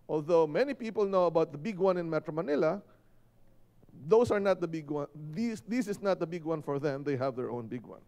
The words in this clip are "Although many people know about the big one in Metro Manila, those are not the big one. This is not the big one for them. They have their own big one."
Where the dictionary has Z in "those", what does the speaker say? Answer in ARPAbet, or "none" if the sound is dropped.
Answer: S